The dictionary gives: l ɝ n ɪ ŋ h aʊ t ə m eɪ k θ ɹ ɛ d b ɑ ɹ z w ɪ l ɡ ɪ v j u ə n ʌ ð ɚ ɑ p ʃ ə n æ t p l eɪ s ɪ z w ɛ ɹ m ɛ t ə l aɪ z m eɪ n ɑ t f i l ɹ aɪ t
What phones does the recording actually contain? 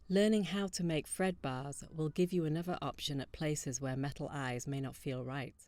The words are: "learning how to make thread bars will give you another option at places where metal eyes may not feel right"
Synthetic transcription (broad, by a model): l ɝ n ɪ ŋ h aʊ t ə m eɪ k f ɹ ɛ d b ɑ ɹ z w ɪ l ɡ ɪ v j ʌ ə n ʌ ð ɚ ɑ p ʃ ə n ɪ t p l eɪ s ɪ z w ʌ ɹ m ɛ t l aɪ z m eɪ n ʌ t f i l ɹ aɪ t